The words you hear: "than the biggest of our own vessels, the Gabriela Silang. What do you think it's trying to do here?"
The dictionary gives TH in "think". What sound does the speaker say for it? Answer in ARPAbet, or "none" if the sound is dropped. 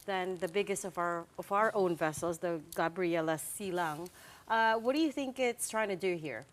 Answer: TH